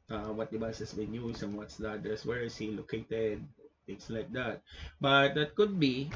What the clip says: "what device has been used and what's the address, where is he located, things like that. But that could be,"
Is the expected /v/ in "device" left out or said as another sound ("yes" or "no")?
yes